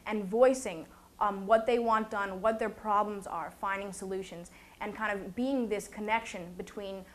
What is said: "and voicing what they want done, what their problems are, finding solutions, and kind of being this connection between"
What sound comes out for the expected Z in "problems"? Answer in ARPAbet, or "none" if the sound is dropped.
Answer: Z